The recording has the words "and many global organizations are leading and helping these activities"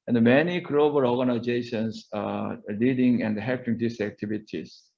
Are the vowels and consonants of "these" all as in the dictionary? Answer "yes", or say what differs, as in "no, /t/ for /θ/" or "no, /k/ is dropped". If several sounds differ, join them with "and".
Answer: no, /s/ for /z/